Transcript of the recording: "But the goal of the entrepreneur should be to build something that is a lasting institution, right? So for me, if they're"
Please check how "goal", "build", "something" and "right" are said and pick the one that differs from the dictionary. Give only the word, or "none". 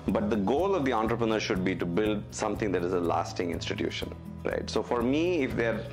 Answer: something